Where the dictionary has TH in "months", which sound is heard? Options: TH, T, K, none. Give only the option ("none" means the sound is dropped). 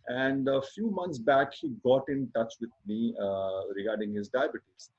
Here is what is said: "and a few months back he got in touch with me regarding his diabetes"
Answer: T